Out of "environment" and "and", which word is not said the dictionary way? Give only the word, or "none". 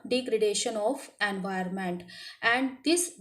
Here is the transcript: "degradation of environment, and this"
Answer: environment